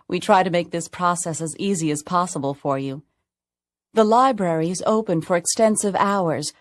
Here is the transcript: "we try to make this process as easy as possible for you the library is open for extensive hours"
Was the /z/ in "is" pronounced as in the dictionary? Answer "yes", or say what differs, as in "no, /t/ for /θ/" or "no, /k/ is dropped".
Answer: yes